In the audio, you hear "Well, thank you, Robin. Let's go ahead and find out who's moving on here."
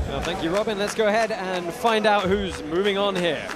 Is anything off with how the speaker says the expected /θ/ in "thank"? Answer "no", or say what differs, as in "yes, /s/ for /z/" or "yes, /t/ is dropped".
no